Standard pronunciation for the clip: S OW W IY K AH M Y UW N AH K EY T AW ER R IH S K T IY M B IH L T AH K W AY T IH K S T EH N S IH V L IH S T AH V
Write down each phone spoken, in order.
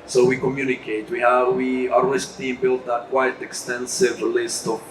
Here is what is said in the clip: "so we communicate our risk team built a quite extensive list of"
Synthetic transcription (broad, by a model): S OW W IY K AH M Y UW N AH K EY T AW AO W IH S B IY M B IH L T AH K W AY T IH K S T EH N S IH V L IH S T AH